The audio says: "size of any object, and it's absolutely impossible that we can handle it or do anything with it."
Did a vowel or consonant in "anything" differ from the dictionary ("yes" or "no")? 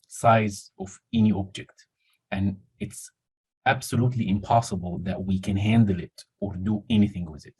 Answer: no